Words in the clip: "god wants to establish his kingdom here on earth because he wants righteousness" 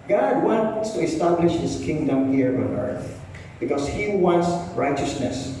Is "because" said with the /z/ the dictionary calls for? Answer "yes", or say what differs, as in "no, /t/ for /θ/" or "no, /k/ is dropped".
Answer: no, /s/ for /z/